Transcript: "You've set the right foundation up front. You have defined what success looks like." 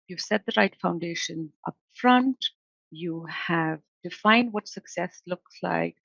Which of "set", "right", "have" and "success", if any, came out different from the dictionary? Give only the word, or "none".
none